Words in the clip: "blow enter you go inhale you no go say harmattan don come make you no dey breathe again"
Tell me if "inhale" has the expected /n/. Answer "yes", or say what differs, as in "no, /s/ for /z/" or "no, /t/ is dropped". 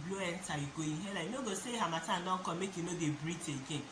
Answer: no, /n/ is dropped